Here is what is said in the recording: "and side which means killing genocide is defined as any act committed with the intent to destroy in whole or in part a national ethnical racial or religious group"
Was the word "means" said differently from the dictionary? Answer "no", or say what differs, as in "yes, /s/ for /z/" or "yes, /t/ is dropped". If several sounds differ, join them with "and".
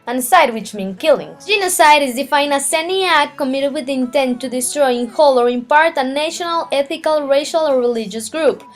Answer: yes, /z/ is dropped